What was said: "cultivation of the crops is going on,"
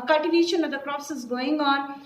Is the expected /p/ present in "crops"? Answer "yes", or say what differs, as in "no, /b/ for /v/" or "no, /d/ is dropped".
no, /p/ is dropped